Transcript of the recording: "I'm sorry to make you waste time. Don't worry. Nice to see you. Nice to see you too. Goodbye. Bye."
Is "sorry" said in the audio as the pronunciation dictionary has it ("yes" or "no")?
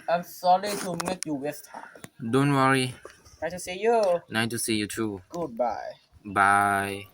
no